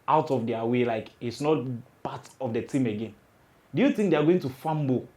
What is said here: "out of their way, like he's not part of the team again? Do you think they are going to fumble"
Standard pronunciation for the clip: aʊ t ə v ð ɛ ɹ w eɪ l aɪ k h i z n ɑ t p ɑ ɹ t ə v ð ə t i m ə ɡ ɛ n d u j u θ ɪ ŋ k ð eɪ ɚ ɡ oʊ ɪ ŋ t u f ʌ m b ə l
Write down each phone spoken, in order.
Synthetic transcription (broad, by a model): aʊ t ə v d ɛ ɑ w eɪ l aɪ k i s n ɑ t p ɑ t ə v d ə t i m ə ɡ ɛ n d u j u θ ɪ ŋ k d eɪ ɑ ɡ oʊ ɪ ŋ t u f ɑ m b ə